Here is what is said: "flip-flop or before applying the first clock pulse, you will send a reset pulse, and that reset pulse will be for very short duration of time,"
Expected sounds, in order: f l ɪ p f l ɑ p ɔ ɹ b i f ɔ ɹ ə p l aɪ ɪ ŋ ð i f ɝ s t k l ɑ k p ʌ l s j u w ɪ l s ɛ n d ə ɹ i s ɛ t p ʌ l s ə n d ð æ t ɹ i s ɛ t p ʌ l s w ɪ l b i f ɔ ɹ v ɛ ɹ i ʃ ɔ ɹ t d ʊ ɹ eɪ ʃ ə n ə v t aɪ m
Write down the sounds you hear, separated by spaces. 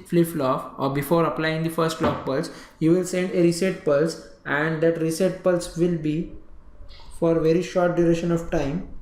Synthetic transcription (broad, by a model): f l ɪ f l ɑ f ɔ ɹ b i f ɔ ɹ ə p l aɪ ɪ ŋ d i f ɝ s t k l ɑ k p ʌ l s j u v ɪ l s ɛ n d ə ɹ i s ɛ t p ʌ l s ə n d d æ t ɹ i s ɛ t p ʌ l s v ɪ l b i f ɔ ɹ v ɛ ɹ i ʃ ɔ ɹ t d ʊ ɹ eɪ ʃ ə n ə v t aɪ m